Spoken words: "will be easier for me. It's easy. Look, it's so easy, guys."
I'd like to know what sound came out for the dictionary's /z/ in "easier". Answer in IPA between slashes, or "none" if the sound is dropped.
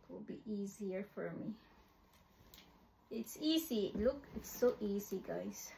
/z/